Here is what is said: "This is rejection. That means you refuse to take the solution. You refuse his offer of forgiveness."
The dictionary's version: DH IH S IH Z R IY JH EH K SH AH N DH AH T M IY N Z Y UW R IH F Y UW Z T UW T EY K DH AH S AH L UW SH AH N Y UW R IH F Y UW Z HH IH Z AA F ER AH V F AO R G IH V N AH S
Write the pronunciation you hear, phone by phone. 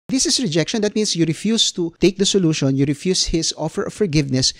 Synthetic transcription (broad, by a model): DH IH S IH S R IY JH EH K SH AH N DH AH T M IY N S Y UW R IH F Y UW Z T UW T EY K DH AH S AH L UW SH AH N Y UW R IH F Y UW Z HH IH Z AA F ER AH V F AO R G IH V N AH S